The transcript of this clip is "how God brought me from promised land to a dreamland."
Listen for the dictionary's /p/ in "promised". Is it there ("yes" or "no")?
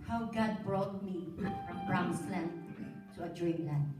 no